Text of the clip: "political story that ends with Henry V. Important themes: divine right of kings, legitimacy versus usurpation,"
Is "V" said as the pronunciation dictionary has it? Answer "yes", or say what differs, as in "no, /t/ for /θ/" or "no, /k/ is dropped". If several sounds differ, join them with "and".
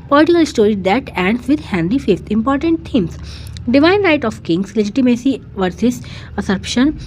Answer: no, /f/ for /v/